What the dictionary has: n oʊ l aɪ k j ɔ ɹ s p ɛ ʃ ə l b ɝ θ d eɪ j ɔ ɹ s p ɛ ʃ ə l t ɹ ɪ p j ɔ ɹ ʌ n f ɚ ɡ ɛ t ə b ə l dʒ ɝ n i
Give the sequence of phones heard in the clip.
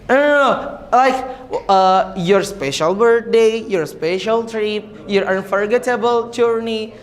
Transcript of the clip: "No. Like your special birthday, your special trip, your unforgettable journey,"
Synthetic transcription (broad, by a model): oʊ l aɪ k j ɔ ɹ s p ɛ ʃ ə l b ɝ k d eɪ j ɔ ɹ s p ɛ ʃ ə l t ɹ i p j ɔ ɹ ʌ n f ɚ ɡ ɛ t ə b ə l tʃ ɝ n i